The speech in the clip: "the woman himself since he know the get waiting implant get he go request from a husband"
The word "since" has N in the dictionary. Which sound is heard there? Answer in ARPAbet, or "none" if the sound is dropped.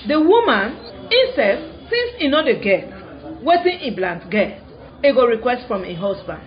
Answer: none